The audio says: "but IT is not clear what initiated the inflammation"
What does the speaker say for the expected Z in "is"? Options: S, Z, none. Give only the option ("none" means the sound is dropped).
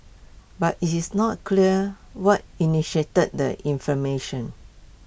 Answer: S